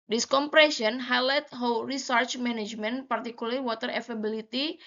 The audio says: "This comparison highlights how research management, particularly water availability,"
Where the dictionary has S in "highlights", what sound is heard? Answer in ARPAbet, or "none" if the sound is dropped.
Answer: none